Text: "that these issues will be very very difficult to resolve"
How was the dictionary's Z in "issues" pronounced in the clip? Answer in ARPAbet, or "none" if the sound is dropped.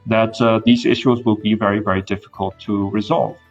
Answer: Z